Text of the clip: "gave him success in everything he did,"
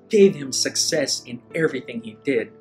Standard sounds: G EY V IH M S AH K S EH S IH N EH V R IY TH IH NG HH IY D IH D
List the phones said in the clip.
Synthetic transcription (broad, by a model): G EY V IH M S AH K S EH S IH N EH V R IY TH IH NG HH IY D IH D